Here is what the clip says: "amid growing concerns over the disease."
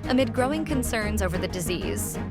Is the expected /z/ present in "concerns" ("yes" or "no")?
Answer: yes